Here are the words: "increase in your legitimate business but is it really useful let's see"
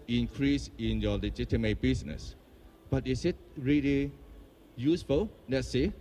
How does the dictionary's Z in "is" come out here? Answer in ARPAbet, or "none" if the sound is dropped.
S